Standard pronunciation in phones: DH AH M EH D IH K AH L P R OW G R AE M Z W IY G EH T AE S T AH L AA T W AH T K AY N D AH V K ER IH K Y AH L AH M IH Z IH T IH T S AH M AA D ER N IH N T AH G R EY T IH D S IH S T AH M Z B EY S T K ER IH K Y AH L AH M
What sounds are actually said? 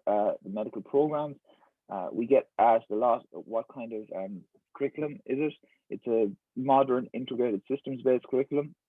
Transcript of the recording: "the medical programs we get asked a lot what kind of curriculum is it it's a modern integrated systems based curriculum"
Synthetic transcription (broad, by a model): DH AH M EH D IH K AH L P R OW G R AE M Z W IY G EH T AE S T AH L AA T W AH T K AY N D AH V K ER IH K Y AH L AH M IH Z IH T IH T S AH M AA D ER N IH N T AH G R EY T IH D S IH S T AH M Z B EY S K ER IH K Y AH L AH M